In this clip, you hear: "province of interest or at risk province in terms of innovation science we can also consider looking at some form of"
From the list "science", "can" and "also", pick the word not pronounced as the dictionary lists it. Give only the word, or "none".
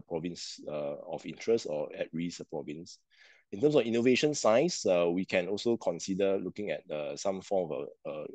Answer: science